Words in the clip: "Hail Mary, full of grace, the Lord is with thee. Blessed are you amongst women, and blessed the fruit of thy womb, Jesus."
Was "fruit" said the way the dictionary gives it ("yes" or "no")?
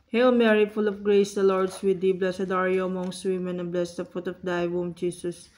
no